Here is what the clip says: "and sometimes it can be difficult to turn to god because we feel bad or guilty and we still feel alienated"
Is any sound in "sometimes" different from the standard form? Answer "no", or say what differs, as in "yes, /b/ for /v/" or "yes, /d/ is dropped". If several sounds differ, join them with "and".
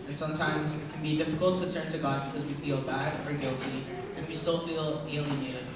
no